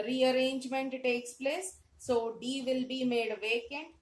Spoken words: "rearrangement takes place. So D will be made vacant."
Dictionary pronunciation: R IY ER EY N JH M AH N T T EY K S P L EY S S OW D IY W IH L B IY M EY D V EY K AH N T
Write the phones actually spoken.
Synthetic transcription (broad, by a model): R IY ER EY N JH M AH N T T EY K S P L EY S S OW D IY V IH L B IY M EY D V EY K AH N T